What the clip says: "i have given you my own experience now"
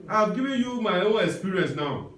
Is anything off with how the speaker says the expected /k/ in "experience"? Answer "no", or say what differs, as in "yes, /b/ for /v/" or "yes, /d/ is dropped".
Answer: yes, /k/ is dropped